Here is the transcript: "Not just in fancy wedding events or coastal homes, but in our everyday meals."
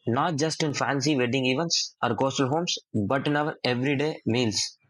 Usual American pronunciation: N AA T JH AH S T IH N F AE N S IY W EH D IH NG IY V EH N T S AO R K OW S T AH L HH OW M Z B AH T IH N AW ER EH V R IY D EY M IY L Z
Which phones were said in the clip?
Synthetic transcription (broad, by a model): N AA T JH AH S T IH N F AE N S IY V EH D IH NG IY V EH N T S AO R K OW S T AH L HH OW M S B AH T IH N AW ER EH V R IY D EY M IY L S